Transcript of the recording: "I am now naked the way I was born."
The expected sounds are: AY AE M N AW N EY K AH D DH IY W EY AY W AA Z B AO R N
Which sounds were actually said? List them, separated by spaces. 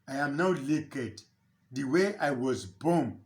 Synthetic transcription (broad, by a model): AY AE M N AW L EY K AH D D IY W EY AY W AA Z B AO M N